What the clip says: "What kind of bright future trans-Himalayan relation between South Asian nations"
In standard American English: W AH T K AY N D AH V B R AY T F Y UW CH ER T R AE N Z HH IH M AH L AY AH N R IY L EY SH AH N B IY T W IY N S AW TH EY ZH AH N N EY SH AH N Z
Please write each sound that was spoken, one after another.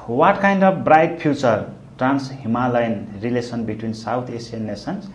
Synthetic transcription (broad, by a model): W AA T K AY N D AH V B R AY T P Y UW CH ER T R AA N S HH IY M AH L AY N R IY L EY S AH N B IY T W IY N S AW T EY S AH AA N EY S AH N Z